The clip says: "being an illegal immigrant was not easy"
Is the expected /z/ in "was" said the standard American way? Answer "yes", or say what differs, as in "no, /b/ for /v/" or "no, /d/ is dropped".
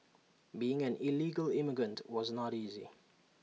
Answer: yes